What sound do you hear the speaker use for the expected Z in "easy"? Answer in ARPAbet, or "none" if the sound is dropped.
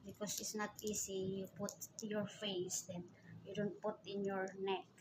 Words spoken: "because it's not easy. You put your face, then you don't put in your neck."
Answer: S